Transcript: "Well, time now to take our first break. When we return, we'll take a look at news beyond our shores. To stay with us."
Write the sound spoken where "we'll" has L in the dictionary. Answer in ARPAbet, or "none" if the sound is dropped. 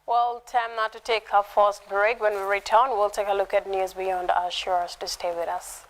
L